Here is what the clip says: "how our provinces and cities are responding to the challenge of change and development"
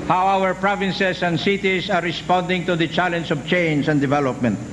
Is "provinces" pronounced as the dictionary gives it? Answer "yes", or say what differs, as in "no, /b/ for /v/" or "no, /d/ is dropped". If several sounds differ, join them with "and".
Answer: no, /s/ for /z/